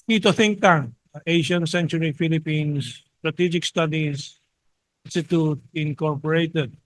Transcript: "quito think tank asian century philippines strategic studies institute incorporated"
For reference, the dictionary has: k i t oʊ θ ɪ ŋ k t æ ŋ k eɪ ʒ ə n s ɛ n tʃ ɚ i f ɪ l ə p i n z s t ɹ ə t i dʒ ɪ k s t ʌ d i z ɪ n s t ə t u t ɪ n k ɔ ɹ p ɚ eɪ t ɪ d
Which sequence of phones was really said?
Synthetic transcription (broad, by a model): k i t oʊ θ ɪ ŋ k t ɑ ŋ eɪ ʃ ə n s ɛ n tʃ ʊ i f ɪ l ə p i n s t ɹ ə t i dʒ ɪ k s t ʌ d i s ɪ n s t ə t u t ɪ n k ɔ ɹ p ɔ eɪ t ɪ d